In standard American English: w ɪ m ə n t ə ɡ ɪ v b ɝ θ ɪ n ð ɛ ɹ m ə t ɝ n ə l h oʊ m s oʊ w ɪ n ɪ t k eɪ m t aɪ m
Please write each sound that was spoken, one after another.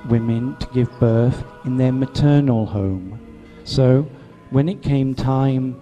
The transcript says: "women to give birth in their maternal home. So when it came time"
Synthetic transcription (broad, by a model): w ɪ m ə n t ə ɡ ɪ v b ɝ θ ɪ n ð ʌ ɹ m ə t ɝ n l h oʊ m s oʊ w ɪ n ɪ t k eɪ m t aɪ m